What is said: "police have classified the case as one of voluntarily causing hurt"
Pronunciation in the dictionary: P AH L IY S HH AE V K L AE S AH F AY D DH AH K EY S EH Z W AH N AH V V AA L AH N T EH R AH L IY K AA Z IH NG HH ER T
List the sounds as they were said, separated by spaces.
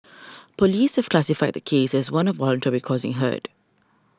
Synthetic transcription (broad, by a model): P AH L IY S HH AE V K L AE S AH F AY D DH AH K EY S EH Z W AH N AH V W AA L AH N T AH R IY K AA Z IH NG HH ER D